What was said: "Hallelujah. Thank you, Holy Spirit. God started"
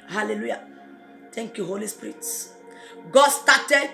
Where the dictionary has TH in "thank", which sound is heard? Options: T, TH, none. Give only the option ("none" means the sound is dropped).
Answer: T